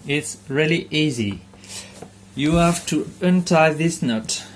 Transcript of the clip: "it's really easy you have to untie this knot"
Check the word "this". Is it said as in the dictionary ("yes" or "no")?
yes